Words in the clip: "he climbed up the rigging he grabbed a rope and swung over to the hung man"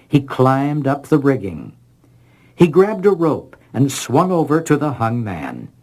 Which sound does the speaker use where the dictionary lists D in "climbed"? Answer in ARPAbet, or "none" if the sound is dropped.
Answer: D